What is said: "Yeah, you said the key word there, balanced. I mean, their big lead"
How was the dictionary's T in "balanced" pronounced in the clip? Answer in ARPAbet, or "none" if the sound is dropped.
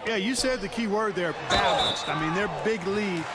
T